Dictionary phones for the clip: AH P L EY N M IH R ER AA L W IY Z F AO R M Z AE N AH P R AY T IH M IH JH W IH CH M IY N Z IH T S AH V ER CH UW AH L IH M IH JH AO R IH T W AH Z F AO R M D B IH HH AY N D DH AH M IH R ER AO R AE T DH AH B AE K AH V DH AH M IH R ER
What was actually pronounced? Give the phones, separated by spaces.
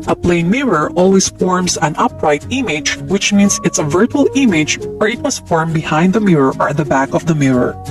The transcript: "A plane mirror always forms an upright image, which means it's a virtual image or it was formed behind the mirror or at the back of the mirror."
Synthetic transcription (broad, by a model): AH P L EY N M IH R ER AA L W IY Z F AO R M S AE N AH P R AY T IH M IH JH W IH CH M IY N S IH T S AH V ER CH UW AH L IH M IH JH AO R IH T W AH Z F AO R M B IH HH AY N D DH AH M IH R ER AO R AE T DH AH B AE K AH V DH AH M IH R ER